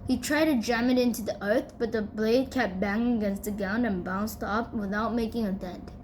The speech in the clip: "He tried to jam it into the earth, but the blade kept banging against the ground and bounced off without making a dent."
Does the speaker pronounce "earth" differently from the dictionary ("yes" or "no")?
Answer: no